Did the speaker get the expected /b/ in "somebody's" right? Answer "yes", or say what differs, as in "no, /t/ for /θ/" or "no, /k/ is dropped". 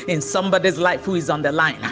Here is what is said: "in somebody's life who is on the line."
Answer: yes